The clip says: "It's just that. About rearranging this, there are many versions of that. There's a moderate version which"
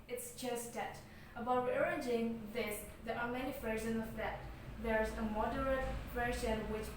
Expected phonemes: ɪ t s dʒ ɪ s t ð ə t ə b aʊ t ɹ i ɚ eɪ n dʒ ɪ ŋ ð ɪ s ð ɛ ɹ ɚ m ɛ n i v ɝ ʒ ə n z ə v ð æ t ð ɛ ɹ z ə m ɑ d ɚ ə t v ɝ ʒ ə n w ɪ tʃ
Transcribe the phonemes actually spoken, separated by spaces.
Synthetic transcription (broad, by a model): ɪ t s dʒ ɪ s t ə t ə b aʊ t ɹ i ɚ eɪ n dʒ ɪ ŋ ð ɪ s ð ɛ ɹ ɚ m ɛ n i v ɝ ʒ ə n ə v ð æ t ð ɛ ɹ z ə m ɑ d ɚ ə t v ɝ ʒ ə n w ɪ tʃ